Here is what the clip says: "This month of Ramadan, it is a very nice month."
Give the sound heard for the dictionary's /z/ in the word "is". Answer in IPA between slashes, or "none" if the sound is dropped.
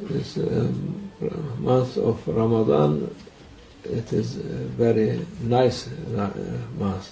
/z/